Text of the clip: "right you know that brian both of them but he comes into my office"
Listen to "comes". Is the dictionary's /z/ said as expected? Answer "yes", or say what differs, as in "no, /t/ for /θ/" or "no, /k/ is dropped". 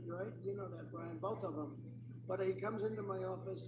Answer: yes